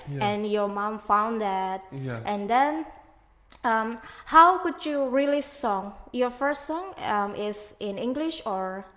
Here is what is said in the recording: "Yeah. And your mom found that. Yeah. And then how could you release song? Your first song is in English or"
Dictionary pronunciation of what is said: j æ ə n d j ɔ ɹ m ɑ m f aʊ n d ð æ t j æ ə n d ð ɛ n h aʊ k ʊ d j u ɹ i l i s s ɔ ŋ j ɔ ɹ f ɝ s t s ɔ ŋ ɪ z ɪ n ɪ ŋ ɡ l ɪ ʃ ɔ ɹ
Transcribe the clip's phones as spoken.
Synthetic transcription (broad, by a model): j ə n j ɔ ɹ m ɑ m f aʊ n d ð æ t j ə n d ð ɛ n h aʊ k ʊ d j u ɹ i l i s s ɔ ŋ j ɔ ɹ f ɝ s t s ɔ ŋ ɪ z ɪ n ɪ ŋ ɡ l ɪ ʃ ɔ ɹ